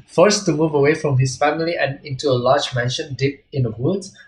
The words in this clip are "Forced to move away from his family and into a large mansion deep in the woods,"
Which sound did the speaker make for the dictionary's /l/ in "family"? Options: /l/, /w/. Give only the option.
/l/